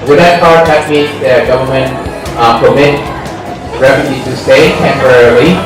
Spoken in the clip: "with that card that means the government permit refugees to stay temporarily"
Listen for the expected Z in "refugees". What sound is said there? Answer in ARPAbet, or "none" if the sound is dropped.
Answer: none